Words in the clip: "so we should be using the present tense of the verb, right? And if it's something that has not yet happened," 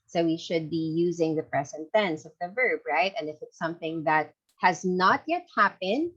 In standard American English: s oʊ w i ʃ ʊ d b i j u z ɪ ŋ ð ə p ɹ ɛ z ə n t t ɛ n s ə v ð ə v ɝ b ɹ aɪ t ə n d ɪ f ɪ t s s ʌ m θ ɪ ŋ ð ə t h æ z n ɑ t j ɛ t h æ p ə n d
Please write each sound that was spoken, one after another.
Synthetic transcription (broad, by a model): s oʊ w i ʃ ʊ d b i j u z ɪ ŋ ð ə p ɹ ɛ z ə n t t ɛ n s ə v ð ə v ɝ b ɹ aɪ t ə n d ɪ f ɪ t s s ʌ m θ ɪ ŋ ð ə t h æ z n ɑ t j ɛ t h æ p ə n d